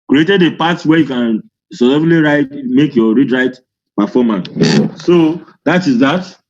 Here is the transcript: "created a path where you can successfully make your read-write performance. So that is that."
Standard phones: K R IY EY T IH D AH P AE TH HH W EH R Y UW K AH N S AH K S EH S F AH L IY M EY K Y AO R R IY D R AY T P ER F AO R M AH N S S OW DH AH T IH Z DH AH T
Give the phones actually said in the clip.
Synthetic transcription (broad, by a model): K R IY EY T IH D AH P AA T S W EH Y UW K AH N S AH S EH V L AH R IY M EY K Y AO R R IY D R AY T P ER F AO M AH N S S OW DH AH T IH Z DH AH T